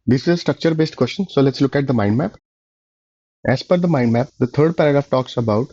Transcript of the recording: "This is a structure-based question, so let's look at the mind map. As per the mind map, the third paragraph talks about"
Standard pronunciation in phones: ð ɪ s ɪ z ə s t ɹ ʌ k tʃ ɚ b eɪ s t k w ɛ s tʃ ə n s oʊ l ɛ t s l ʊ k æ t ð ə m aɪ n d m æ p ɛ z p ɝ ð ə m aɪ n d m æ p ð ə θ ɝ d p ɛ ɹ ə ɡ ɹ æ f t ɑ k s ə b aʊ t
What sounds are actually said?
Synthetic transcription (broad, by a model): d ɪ s ɪ z ə s t ɹ ʌ k tʃ ɚ b eɪ s t k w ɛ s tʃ ə n s oʊ l ɛ t s l ʊ k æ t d ə m aɪ n d m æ p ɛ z f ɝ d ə m aɪ n d m æ p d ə t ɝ d p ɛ ɹ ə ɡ ɹ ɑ f t ɑ k s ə b aʊ t